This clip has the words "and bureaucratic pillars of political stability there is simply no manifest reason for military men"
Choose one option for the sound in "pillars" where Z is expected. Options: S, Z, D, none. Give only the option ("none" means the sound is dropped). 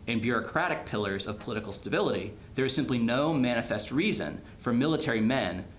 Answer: Z